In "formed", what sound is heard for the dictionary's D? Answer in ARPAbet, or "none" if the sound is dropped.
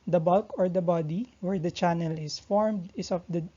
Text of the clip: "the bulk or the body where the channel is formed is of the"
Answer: D